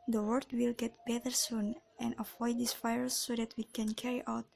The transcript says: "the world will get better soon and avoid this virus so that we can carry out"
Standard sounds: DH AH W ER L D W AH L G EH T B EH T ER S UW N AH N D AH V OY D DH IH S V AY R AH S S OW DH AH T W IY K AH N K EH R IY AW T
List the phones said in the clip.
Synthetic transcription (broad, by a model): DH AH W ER D W AH L G EH T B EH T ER S UW N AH N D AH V OY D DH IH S F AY AH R S OW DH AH T W IY K AH N K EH R IY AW T